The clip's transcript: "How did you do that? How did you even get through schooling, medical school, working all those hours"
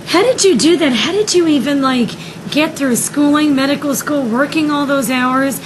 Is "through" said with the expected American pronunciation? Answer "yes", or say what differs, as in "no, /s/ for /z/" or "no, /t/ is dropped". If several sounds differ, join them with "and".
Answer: yes